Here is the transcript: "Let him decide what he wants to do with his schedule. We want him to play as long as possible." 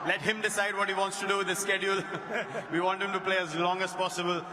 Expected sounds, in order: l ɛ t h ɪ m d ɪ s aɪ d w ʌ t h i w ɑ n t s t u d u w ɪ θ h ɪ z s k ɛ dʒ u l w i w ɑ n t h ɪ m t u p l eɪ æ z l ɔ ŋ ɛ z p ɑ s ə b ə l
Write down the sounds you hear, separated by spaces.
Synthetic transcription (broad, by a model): l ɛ t h ɪ m d ɪ s aɪ d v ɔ t h i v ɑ n t s t u d u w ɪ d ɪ s k ɛ dʒ u l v i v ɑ n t h ɪ m t u p l eɪ æ z l ɔ ŋ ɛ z p ɑ s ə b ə l